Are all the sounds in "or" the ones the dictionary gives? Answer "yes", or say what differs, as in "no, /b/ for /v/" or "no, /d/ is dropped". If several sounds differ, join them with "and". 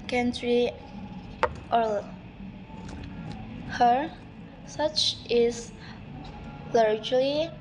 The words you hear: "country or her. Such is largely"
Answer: no, /l/ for /ɹ/